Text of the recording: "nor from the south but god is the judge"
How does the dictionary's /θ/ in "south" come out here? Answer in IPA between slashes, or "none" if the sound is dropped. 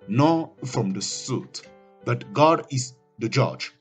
/t/